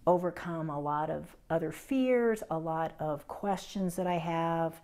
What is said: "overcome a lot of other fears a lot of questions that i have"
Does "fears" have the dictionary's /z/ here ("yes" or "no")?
yes